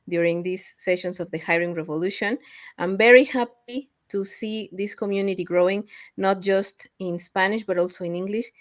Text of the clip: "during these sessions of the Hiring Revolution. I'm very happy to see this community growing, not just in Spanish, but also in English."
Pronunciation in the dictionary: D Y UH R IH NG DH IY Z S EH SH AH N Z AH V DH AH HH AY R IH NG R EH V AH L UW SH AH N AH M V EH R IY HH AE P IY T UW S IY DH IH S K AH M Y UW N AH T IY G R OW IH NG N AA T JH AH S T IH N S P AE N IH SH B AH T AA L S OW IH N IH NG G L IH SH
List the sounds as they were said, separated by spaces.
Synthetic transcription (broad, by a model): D Y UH R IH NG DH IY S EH SH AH N S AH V DH AH HH AY R IH NG R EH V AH L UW SH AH N AH M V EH R IY HH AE P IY T UW S IY DH IH S K AH M Y UW N AH T IY G R OW IH NG N AA T JH AH S T IH N S P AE N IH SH B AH T AA L S OW IH N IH NG G L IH SH